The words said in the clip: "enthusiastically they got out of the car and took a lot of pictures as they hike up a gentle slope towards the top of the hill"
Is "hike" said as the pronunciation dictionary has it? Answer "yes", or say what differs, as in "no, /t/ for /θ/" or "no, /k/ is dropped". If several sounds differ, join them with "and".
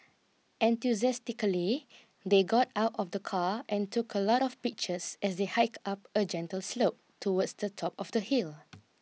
yes